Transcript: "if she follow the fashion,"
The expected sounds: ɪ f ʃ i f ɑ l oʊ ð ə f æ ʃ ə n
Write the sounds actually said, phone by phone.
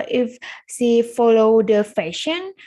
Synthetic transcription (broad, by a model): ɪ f s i f ɑ l oʊ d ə f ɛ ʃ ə n